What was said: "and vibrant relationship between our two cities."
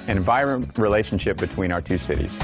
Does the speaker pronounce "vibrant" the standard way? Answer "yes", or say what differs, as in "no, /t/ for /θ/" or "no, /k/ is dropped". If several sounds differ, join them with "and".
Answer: no, /b/ is dropped